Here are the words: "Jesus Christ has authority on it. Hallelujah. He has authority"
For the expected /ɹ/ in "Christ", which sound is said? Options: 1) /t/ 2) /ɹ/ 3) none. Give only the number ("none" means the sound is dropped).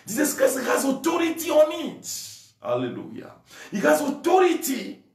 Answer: 3